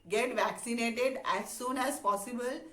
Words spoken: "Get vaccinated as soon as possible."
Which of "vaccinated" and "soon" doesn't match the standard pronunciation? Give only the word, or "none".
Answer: none